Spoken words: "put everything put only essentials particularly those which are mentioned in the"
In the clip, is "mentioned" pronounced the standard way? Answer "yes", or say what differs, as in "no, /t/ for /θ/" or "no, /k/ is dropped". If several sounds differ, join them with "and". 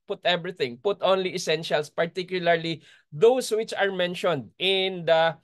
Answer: yes